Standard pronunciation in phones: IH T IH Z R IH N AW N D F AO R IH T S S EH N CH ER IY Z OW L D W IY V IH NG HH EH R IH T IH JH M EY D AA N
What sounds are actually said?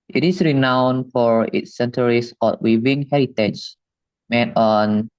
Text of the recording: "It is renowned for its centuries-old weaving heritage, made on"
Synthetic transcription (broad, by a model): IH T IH S R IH N AW N F AO R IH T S S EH N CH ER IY S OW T W IY V IH NG HH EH R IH T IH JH M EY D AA N